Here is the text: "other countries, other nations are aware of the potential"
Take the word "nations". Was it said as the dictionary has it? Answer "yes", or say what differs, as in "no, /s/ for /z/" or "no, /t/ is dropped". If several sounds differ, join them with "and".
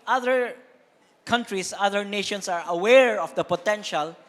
no, /s/ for /z/